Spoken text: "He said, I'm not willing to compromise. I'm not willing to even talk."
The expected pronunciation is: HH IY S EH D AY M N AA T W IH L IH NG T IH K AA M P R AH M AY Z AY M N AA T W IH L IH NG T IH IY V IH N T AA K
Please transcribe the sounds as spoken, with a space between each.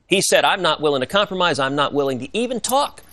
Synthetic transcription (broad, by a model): HH IY S EH D AY M N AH T W IH L IH NG T IH K AA M P R AH M AY Z AY M N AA T W IH L IH NG T IH IY V IH N T AA K